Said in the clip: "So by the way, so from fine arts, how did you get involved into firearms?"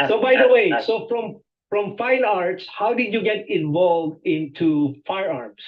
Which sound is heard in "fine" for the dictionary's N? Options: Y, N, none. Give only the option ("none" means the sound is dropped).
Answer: N